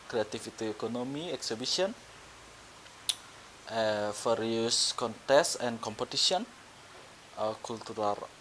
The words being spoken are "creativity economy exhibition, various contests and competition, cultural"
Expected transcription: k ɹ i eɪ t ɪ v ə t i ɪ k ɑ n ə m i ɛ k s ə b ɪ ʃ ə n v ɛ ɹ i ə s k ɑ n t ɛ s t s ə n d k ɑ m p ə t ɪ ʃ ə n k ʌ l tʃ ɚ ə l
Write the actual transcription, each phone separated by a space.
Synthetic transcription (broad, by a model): k ɹ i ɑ t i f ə t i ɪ k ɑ n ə m i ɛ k s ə b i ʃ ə n f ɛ ɹ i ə s k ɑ n t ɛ s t ə n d k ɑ m p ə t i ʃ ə n k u l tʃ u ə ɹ